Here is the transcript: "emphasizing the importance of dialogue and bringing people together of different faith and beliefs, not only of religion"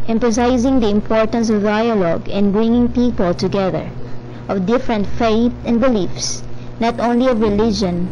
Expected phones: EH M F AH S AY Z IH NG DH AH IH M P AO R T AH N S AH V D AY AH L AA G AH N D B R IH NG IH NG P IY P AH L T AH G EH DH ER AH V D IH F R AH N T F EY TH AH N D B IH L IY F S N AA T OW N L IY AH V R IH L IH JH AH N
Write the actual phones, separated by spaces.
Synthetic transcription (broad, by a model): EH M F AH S AY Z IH NG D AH IH M P AO R T AH N S AH V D AY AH L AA G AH N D B R IH NG IH NG P IY P AH L T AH G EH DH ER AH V D IH F R AH N T F EY T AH N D B IH L IY F S N AA T OW N L IY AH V R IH L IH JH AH N